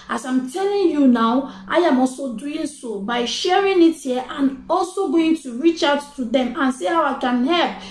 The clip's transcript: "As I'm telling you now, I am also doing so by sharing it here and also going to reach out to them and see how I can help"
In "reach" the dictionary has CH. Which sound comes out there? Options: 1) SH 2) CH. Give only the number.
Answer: 2